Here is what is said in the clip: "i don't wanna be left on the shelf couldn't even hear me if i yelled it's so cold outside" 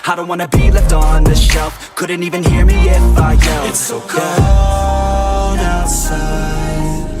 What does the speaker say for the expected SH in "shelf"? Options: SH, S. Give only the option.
SH